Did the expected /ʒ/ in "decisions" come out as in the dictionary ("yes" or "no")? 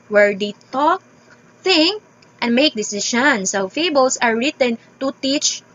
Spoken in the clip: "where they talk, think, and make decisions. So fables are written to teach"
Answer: no